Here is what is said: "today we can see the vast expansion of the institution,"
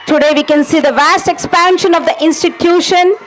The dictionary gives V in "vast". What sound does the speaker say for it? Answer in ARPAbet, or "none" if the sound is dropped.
V